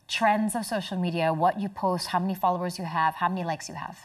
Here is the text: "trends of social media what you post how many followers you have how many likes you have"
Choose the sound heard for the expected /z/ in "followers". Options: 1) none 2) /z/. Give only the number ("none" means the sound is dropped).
2